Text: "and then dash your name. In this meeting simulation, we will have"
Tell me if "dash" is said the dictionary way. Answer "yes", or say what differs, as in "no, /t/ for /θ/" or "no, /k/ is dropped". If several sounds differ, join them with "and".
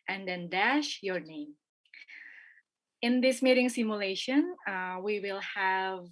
yes